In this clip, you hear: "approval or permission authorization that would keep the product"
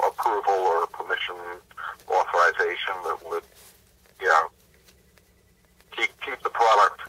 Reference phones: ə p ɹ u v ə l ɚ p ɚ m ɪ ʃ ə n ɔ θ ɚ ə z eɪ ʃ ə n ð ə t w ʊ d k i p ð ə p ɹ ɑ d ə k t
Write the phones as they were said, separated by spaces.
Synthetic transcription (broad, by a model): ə p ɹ u v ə l ɚ p ɚ m ɪ ʃ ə n ɔ θ ɚ ə z eɪ ʃ ə n ð ə t w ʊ d k i p ð ə p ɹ ɑ d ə k t